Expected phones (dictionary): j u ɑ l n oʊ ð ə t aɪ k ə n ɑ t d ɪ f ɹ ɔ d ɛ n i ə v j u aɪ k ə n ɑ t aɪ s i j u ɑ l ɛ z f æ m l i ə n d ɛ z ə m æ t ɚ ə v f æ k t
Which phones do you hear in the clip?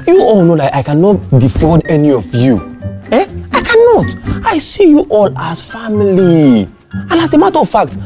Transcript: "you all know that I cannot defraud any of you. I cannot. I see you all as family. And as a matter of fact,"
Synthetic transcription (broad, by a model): j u ɑ l n oʊ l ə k aɪ k ə n ɑ t d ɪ f ɔ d ɛ n i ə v j u aɪ k ə n ɑ t aɪ s i j u ɑ l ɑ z f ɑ m l i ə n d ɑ s ə m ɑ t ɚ ə v f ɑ k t